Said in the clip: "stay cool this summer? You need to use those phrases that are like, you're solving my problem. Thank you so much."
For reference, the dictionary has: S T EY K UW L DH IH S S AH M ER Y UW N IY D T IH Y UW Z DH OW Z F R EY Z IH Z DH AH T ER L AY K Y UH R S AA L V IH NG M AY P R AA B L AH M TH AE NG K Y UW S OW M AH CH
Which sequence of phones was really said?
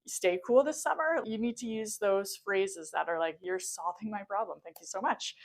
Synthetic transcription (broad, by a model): S T EY K UW L DH IH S S AH M ER Y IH N IY D T IH Y UW Z DH OW Z F R EY Z IH Z DH AH T ER L AY K Y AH R S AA L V IH NG M AY P R AA B L AH M TH AE NG K Y UW S OW M AH CH